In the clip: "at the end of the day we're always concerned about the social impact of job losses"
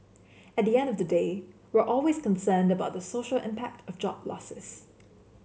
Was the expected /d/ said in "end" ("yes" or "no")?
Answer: yes